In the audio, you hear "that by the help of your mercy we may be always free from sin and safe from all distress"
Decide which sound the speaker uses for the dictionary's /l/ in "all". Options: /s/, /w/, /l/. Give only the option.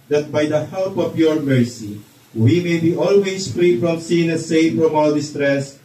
/w/